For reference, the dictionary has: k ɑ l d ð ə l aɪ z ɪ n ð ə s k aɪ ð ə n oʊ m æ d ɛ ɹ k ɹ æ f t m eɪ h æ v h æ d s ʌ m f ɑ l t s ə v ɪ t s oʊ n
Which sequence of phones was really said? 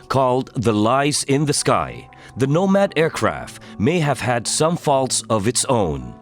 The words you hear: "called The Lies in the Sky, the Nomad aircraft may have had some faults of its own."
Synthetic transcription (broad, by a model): k ɑ l d ð ə l aɪ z ɪ n ð ə s k aɪ ð ə n oʊ m æ d ɛ ɹ k ɹ æ f t m eɪ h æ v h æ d s ʌ m f ɑ l t s ə v ɪ t s oʊ n